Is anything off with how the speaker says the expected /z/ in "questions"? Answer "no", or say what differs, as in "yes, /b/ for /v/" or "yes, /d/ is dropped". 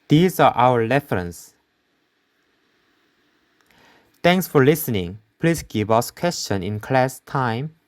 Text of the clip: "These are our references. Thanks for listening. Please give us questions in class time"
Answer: yes, /z/ is dropped